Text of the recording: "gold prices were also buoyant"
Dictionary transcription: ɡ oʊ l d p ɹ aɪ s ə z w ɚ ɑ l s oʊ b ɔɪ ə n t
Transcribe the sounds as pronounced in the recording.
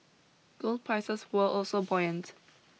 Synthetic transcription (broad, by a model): ɡ oʊ l d p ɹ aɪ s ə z w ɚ ɑ l s oʊ b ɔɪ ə n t